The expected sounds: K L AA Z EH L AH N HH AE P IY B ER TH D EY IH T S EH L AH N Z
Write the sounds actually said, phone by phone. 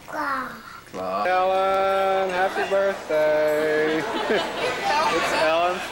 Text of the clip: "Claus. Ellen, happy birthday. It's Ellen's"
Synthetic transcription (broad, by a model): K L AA EH L AH N HH AE P IY B ER TH D EY IH T S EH L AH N